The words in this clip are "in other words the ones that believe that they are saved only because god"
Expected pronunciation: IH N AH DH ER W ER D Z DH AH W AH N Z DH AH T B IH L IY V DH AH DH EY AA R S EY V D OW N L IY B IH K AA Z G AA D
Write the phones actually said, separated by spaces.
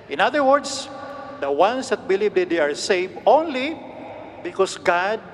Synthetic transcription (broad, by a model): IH N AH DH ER W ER D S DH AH W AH N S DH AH T B IH L IY V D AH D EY AA R S EY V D OW N L IY B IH K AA S G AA D